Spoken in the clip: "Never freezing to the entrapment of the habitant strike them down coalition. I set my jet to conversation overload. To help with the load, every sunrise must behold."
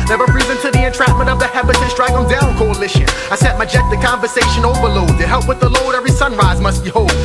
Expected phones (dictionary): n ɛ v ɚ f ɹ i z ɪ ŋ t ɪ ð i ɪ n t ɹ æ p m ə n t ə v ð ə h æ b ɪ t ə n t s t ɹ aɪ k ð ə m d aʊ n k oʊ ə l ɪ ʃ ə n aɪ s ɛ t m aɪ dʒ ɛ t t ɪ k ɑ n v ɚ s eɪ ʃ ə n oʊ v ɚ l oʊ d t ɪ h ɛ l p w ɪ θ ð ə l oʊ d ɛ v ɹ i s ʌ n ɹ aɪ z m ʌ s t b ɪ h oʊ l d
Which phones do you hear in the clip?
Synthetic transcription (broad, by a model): n ɛ v ɚ p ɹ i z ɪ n t ɪ ð i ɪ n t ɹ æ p m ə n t ə v ð ə h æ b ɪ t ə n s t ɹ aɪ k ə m d aʊ n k oʊ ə l ɪ ʃ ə aɪ s ɛ t m aɪ dʒ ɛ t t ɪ k ɑ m v ɚ s eɪ ʃ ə n oʊ v ɚ l oʊ d t ɪ h ɛ l p w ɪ ð ə l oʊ d ɛ v ɹ i s ʌ n ɹ aɪ z m ʌ s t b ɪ h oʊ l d